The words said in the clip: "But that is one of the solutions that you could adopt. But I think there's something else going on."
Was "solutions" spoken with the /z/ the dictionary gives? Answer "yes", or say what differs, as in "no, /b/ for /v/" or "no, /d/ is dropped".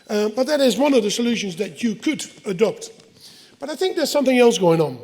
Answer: yes